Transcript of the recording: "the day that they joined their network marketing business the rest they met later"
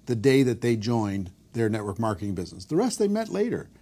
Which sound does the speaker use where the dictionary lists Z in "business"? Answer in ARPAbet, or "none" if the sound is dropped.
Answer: Z